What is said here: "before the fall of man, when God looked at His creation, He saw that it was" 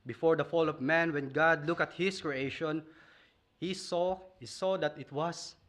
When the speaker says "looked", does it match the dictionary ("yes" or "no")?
no